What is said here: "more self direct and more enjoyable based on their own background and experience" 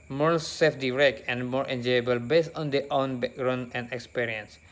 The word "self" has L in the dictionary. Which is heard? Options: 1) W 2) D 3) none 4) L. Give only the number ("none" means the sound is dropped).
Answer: 3